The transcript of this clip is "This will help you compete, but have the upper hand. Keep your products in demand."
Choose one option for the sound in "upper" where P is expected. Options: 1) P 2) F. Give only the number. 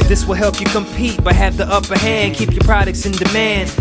1